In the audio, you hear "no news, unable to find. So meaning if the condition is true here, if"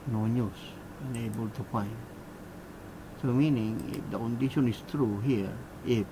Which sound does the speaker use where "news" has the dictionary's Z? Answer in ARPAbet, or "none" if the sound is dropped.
S